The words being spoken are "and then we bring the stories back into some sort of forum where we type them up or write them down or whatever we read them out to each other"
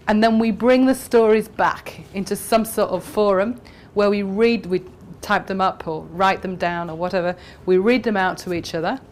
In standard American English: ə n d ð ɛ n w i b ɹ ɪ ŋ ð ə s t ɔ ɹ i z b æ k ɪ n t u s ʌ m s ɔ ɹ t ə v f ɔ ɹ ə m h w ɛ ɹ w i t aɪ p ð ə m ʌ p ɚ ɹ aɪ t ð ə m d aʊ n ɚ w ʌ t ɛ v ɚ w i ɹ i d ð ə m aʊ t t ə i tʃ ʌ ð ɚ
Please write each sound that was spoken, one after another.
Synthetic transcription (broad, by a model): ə n ð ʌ n w i b ɹ ɪ ŋ ð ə s t ɔ ɹ i z b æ k ɪ n t u s ʌ m s ɔ ɹ t ə v f ɔ ɹ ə m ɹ w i ɹ w i t aɪ p ð ə m ʌ p ɚ ɹ aɪ t ð ə m d aʊ n ɚ w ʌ t ɛ v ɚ w i ɹ i d ð ə m aʊ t t ə i tʃ ʌ ð ɚ